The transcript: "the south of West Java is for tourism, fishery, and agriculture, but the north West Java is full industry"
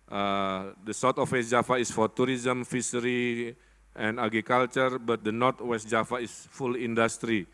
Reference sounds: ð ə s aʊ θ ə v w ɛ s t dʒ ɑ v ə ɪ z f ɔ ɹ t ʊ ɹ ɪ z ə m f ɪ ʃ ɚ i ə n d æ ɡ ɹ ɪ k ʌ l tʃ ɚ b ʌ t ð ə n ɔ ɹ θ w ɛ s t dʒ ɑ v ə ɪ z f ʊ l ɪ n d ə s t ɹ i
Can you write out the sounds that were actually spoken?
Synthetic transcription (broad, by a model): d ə s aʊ t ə f w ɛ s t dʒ ɑ f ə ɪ s f ɔ ɹ t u ɹ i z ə m f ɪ s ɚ i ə n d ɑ ɡ ɹ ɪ k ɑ l tʃ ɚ b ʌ t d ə n ɔ ɹ t w ɛ s t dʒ ɑ f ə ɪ s f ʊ l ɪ n d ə s t ɹ i